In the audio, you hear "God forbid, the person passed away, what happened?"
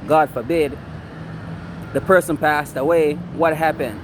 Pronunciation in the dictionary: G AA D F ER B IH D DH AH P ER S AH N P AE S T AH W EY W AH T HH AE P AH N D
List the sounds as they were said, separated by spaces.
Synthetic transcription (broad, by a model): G AA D F ER B IH D DH AH P ER S AH N P AE S T AH W EY W AH T HH AE P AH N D